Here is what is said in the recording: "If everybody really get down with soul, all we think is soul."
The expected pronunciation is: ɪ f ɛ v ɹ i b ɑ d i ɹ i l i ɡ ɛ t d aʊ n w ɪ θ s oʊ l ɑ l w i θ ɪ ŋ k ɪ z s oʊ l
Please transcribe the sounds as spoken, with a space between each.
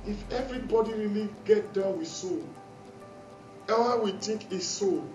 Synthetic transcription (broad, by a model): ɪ f ɛ v ɹ i b ɑ d i ɹ i l i ɡ ɛ t d aʊ n w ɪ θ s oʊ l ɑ w i t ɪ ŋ k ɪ s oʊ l